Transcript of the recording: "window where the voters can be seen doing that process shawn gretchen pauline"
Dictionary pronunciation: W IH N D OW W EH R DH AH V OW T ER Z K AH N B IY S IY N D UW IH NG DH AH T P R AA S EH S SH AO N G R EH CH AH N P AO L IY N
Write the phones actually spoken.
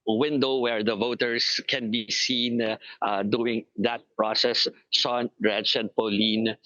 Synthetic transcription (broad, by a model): W IH N D OW W EH R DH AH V OW T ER S K AH N B IY S IY N D UW IH NG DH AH T P R AA S EH S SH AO N R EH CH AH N P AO L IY N